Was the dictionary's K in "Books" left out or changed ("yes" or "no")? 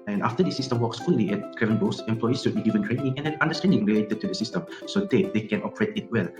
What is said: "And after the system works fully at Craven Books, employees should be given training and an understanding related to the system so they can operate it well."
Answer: yes